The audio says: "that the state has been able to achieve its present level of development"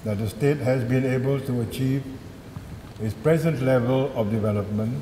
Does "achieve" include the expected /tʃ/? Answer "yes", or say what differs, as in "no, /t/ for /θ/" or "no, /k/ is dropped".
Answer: yes